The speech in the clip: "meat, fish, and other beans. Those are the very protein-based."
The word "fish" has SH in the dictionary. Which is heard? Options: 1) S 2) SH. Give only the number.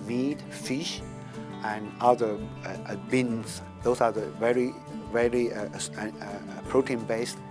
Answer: 2